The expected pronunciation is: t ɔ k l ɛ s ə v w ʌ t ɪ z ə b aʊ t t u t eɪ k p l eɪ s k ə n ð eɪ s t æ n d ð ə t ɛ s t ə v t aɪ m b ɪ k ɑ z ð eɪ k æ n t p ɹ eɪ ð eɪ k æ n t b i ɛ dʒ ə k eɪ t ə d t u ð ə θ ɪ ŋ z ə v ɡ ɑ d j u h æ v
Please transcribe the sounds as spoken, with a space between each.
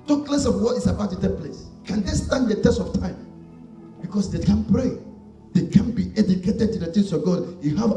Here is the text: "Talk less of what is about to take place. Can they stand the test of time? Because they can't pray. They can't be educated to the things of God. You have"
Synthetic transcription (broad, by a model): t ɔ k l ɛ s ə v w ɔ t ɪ s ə b aʊ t t u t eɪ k p l eɪ s k ə n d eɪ s t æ n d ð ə t ɛ s t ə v t aɪ m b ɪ k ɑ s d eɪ k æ n p ɹ eɪ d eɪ k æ n b i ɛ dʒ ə k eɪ t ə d t u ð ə t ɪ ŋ s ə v ɡ ɑ d j u h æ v